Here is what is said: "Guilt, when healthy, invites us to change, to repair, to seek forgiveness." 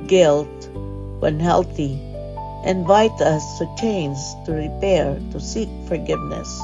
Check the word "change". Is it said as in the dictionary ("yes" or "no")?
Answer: no